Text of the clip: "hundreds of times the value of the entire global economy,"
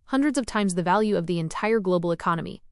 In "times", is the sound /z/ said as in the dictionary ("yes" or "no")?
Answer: yes